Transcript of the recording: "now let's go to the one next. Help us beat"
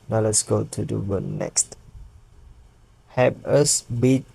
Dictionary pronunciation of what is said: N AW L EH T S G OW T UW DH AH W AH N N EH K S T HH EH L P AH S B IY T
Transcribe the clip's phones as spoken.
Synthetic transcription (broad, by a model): N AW L EH T S G OW T UW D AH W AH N N EH K S T HH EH P AH S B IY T